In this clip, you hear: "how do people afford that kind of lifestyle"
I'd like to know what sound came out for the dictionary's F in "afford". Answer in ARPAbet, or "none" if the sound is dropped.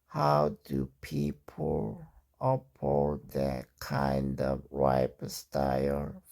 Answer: P